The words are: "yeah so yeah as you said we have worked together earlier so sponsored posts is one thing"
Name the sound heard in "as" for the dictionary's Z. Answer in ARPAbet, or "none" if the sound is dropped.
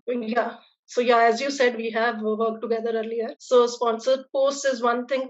Z